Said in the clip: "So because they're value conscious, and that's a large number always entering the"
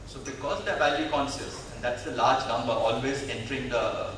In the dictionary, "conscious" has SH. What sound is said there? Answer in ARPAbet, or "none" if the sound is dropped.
S